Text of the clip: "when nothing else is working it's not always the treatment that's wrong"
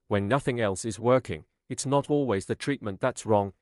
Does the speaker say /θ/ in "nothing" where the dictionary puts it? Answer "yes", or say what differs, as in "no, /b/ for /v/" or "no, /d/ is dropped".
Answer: yes